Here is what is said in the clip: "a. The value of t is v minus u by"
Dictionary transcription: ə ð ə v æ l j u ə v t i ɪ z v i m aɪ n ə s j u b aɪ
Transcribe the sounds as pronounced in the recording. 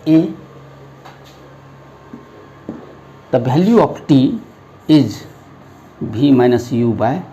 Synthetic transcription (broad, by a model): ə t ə b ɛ l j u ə p t i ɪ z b i m aɪ n ə s j u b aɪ